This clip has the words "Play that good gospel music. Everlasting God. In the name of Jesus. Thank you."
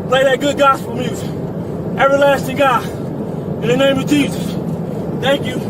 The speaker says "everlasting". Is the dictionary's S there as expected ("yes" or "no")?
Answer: yes